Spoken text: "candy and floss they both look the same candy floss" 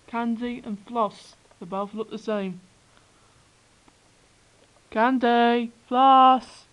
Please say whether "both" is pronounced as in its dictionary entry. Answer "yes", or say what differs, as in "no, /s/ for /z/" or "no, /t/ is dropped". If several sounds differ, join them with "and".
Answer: no, /f/ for /θ/